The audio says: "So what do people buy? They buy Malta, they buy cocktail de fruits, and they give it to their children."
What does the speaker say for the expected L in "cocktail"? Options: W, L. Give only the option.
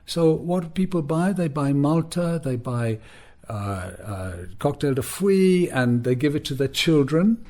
L